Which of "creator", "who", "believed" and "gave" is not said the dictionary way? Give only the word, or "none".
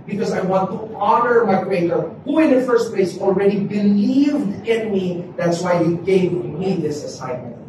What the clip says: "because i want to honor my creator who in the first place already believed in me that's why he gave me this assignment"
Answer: creator